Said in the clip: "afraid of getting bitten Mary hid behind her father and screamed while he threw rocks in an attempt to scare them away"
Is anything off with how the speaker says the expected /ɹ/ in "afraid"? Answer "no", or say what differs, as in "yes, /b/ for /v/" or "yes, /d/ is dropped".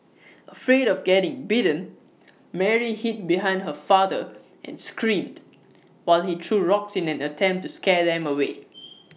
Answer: no